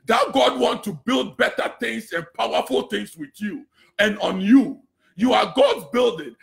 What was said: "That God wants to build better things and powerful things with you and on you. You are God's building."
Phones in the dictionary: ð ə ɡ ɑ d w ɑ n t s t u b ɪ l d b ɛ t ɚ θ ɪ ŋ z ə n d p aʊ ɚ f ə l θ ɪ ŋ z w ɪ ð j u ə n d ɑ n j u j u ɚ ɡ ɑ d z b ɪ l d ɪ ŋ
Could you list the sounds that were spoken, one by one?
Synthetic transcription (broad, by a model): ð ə ɡ ɑ d w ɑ n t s t u b ɪ l d b ɛ t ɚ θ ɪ ŋ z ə n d p aʊ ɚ f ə l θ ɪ ŋ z w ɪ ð j u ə n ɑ n j u j u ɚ ɡ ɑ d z b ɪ l d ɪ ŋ